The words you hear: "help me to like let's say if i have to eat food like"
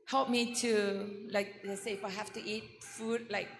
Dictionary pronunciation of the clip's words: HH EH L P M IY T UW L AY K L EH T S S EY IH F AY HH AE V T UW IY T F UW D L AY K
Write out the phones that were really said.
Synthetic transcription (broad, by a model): HH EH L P M IY T UW L AY K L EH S S EY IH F AY HH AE F T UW IY T F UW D L AY K